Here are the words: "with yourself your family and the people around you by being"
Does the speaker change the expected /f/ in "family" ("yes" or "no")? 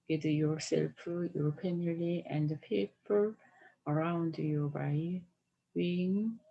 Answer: yes